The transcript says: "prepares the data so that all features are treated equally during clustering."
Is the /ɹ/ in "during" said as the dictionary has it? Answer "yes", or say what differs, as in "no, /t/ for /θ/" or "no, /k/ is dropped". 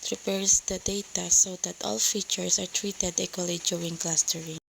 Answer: no, /ɹ/ is dropped